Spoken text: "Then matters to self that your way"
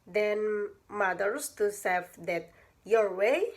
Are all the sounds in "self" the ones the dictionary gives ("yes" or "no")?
no